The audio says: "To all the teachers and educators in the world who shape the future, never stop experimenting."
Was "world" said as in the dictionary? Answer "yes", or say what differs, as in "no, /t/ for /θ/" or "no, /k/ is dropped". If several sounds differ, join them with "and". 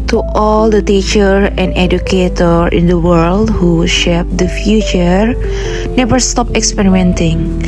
yes